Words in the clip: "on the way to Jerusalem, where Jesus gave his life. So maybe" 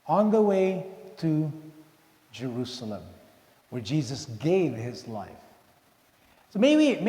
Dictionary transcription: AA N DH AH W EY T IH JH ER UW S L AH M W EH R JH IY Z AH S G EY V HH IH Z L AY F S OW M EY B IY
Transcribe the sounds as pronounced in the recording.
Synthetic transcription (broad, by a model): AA N DH AH W EY T IH JH ER UW S L AH M W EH R JH IY Z AH S G EY V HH IH Z L AY F S OW M EY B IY